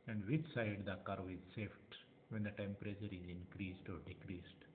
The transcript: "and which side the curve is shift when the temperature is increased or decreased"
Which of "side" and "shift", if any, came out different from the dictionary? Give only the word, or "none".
shift